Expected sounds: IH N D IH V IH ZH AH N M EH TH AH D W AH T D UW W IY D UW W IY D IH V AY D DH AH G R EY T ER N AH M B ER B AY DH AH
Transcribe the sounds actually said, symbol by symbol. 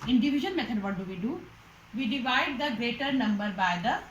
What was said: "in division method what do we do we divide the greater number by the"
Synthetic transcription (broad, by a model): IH N D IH V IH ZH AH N M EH T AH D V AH T D UW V IY D UW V IY D IH V AY D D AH G R EY T ER N AH M B ER B AY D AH